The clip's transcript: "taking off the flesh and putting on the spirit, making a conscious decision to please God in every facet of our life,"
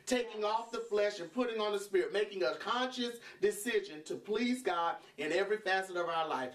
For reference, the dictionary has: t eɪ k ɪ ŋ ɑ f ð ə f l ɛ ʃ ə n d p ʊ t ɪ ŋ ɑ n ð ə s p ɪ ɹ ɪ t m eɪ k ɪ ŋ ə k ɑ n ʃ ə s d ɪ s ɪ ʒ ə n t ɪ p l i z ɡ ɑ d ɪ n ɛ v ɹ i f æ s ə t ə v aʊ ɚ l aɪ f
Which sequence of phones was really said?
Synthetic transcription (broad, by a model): t eɪ k ɪ ŋ ɑ f ð ə f l ɛ ʃ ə n p ʊ t ɪ ŋ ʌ n ð ə s p ɪ ɹ ɪ t m eɪ k ɪ ŋ ə k ɑ n ʃ ə s d ɪ s ɪ ʒ ə n t ɪ p l i z ɡ ɑ d ɪ n ɛ v ɹ i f æ s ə t ə v aʊ ɚ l aɪ f